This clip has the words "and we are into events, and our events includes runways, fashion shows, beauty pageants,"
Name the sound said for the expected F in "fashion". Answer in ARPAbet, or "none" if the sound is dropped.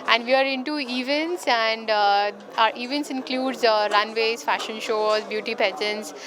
F